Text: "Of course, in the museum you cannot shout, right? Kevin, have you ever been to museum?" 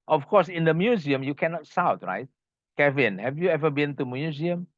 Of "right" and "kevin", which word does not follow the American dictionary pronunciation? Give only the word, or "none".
none